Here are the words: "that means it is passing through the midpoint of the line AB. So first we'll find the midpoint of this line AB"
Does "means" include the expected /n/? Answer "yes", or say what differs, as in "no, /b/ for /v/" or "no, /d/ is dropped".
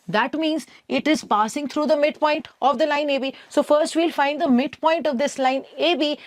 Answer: yes